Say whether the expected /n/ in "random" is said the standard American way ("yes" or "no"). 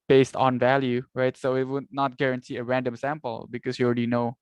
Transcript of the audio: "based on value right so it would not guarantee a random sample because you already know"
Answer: yes